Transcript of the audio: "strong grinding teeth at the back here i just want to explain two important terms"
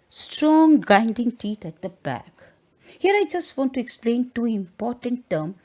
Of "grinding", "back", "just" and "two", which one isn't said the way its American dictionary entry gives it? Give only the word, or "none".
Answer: grinding